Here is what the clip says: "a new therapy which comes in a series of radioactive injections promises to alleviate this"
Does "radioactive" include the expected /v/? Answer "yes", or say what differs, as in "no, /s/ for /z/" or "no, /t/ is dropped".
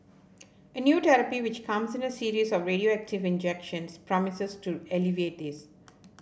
yes